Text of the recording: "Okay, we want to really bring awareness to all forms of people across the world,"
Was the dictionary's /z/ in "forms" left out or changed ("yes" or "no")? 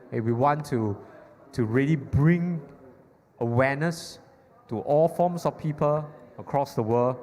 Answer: yes